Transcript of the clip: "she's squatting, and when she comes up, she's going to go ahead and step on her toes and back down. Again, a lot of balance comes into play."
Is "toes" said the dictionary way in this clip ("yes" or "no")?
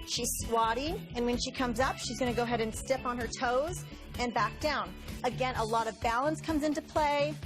yes